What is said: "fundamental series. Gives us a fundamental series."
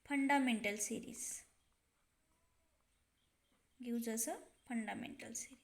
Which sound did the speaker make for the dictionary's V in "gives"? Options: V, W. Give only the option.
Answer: W